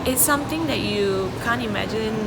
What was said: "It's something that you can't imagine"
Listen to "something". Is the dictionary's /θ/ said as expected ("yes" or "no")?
no